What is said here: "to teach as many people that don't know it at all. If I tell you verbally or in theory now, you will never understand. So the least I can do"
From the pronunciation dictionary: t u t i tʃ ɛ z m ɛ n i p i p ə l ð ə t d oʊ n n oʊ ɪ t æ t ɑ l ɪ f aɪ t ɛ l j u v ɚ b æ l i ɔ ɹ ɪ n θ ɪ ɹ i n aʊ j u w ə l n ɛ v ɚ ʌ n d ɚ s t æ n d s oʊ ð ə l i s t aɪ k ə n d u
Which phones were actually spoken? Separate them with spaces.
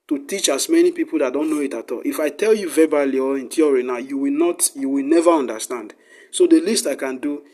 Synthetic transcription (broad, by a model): t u t i tʃ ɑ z m ɛ n i p i p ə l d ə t d oʊ n n oʊ ɪ t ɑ t ɑ l ɪ f aɪ t ɛ l j u v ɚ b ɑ l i ɔ ɹ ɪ n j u w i n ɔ j u w ə l n ɛ v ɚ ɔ n d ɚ s t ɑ n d s oʊ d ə l i s t aɪ k ə n d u